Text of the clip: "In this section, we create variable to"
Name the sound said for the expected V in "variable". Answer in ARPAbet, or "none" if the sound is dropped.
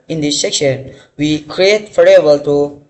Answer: F